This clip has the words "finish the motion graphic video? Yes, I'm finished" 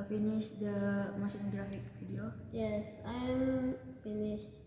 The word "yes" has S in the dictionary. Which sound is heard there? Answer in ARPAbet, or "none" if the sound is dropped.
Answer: S